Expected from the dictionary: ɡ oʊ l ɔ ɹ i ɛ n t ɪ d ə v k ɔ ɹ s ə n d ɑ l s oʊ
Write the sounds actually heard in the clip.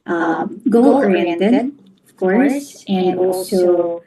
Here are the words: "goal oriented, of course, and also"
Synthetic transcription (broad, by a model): ɡ oʊ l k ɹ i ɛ t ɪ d ə v k ɔ ɹ s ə n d ɑ l s oʊ